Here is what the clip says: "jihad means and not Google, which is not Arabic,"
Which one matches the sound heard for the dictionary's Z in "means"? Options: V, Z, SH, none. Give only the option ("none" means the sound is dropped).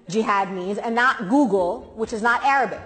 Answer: Z